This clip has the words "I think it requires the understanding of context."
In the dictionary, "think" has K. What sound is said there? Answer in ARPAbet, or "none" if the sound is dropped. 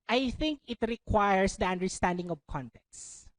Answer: K